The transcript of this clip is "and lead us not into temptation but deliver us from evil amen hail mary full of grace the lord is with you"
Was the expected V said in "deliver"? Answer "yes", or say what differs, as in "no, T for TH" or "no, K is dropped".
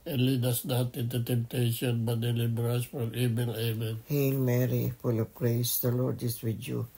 no, B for V